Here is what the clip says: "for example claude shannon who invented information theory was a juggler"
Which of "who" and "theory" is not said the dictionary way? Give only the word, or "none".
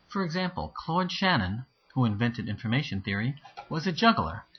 none